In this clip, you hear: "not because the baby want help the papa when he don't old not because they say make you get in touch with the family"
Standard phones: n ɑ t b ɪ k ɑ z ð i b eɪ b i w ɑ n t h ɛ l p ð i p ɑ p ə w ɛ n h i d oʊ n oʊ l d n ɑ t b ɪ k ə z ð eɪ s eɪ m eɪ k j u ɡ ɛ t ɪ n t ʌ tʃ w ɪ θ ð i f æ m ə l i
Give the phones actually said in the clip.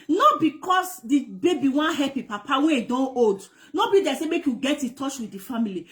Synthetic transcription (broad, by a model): n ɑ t b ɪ k ɑ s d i b eɪ b i w ɑ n h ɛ p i p ɑ p ə w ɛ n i d oʊ n oʊ d n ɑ b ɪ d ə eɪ s eɪ m eɪ k j u ɡ ɛ t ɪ t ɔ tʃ w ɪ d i f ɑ m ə l i